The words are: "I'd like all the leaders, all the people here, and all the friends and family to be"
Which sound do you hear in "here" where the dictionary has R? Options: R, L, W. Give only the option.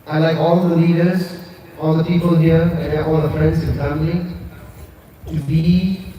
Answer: L